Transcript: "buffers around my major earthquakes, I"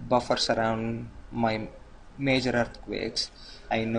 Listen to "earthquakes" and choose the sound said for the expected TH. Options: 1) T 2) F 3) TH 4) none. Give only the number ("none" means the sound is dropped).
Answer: 1